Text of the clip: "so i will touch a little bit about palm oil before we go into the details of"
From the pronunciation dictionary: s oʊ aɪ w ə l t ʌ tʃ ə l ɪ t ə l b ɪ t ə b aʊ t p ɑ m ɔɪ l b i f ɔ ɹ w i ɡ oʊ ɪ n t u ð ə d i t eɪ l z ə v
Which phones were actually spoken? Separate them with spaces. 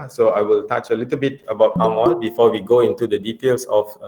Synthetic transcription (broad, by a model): s oʊ aɪ w ə l t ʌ tʃ ə l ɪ t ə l b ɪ t ə b aʊ t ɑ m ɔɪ n b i f ɔ w i ɡ oʊ ɪ n t u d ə d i t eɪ l s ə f